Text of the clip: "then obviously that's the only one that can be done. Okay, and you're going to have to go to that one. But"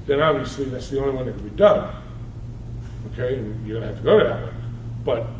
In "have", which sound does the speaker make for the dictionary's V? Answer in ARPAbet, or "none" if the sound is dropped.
F